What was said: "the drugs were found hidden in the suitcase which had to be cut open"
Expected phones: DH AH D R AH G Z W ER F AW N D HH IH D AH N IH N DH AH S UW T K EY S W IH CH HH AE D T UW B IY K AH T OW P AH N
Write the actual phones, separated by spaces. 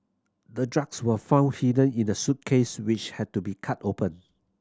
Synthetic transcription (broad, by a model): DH AH D R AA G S W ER F AW N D HH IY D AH N IH N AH S UW T K EY S W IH CH HH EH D T UW B IY K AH T OW P AH N